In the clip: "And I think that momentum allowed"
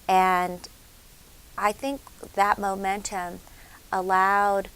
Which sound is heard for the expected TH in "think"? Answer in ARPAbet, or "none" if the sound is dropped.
TH